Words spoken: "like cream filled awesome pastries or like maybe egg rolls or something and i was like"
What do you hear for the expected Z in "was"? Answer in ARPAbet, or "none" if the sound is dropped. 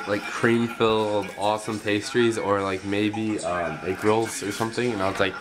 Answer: S